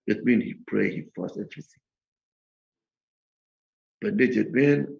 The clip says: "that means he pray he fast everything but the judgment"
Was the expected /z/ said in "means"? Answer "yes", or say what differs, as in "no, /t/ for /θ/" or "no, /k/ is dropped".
no, /z/ is dropped